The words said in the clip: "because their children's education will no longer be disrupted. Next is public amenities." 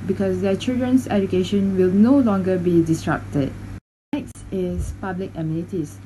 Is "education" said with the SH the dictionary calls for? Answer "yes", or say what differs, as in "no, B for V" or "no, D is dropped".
yes